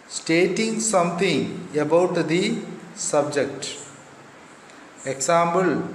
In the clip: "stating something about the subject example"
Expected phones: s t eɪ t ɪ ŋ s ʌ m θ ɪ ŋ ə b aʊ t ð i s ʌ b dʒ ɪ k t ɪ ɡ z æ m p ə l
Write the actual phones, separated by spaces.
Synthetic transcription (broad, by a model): s t eɪ t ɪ ŋ s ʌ m t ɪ ŋ ə b aʊ t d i s ʌ b dʒ ɪ k t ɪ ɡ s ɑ m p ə l